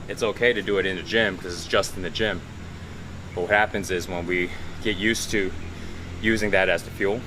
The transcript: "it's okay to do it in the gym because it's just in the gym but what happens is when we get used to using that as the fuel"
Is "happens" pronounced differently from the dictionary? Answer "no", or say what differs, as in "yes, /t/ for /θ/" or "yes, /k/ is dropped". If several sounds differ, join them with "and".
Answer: no